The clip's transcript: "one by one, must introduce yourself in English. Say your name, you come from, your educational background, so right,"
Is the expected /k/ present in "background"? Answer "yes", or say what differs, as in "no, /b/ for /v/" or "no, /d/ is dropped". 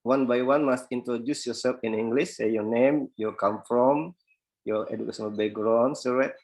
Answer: no, /k/ is dropped